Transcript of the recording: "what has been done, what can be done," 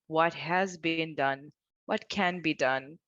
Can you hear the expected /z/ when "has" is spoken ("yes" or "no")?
yes